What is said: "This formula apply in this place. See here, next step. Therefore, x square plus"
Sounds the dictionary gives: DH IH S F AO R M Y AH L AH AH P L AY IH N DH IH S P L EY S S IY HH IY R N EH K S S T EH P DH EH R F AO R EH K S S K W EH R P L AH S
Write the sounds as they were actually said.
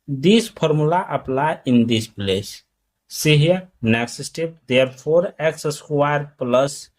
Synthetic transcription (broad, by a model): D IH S P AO R M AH L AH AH P L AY IH N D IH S P L EY S S IY HH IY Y N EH K S S T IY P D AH R P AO R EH K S S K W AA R P L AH S